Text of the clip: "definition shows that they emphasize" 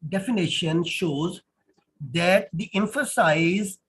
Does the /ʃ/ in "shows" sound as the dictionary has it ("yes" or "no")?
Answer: yes